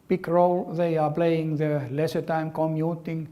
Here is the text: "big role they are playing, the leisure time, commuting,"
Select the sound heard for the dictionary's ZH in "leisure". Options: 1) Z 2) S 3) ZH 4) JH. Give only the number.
2